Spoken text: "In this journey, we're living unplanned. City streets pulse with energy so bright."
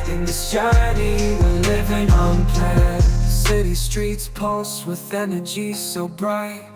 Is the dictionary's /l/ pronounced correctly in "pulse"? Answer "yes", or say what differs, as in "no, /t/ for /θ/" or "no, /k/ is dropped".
no, /l/ is dropped